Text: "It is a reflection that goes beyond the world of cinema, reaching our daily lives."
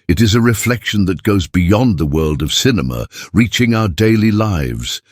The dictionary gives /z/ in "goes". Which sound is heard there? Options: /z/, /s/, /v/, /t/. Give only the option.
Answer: /z/